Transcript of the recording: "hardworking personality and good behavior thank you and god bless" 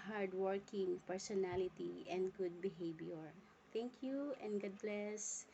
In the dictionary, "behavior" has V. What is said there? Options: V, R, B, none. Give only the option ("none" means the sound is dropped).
B